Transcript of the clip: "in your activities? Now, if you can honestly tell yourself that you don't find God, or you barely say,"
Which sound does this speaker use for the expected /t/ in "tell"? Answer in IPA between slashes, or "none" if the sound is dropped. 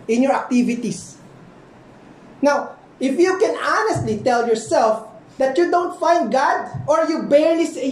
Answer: /t/